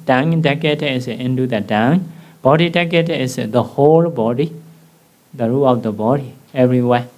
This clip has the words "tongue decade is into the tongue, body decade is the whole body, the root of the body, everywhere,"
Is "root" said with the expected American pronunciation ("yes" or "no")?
no